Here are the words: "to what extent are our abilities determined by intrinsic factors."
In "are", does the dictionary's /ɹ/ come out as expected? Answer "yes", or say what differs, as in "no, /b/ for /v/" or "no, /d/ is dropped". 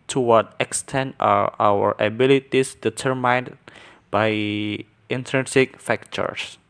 no, /w/ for /ɹ/